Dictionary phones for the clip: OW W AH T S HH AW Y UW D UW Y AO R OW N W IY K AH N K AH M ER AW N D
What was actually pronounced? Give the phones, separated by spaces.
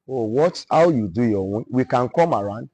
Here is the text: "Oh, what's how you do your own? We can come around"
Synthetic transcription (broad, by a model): OW W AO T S HH AW Y UW D UW Y AO W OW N W IY K AH N K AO M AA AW N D